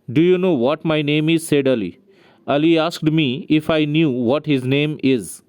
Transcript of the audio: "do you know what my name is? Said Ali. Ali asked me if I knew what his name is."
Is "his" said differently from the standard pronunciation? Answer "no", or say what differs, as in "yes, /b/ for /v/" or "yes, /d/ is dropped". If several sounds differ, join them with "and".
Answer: no